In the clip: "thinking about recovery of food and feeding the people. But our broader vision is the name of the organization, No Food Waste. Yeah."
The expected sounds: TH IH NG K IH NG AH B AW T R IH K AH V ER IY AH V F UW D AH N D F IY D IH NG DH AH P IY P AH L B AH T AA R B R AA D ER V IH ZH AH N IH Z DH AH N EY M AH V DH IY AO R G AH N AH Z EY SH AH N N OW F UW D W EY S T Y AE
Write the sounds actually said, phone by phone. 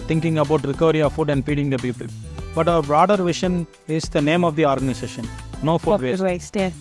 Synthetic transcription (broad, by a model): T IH NG K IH NG AH B AW T R IH K AH V ER IY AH F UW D AH N D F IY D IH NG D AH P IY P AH L B AH T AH B R AA D ER V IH SH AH N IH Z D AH N EY M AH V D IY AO R G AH N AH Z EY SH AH N N OW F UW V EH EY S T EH